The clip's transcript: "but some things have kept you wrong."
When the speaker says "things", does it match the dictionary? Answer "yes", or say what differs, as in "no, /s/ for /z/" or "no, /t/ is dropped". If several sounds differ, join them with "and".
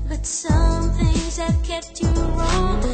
yes